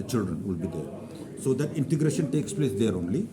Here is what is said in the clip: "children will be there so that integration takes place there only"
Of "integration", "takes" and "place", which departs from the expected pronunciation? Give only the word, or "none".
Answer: none